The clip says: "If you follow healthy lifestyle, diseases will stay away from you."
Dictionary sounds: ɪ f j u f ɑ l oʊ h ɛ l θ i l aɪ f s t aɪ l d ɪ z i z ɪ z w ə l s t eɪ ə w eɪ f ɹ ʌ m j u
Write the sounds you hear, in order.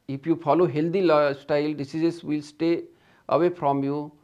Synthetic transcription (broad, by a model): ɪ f j u f ɑ l oʊ h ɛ l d i l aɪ s t aɪ l d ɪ s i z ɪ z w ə l s t eɪ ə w eɪ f ɹ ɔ m j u